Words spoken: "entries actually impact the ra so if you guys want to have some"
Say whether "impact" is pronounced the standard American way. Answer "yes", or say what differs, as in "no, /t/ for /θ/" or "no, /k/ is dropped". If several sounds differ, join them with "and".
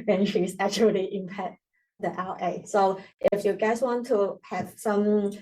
no, /k/ is dropped